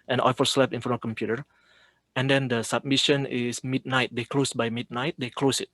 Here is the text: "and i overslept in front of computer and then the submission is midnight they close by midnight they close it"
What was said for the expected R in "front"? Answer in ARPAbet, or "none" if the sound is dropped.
none